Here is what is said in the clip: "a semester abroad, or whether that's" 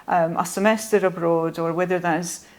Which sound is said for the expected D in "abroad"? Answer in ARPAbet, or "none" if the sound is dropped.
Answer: D